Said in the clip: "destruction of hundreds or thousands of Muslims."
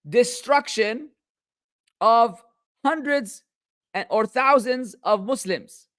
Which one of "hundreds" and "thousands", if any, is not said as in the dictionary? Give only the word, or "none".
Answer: thousands